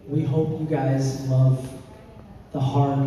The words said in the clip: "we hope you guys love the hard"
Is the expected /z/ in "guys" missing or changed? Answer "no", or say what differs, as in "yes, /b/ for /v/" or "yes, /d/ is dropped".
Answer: no